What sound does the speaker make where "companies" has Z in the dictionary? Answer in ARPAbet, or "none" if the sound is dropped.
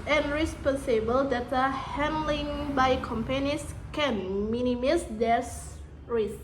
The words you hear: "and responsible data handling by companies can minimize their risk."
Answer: S